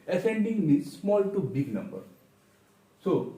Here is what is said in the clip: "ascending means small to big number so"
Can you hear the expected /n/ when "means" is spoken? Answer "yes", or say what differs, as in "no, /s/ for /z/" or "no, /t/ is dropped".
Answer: no, /n/ is dropped